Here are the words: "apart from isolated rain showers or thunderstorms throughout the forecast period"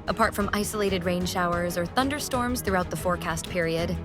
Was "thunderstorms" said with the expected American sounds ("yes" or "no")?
yes